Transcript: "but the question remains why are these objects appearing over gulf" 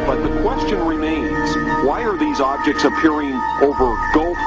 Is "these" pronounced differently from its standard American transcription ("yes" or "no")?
no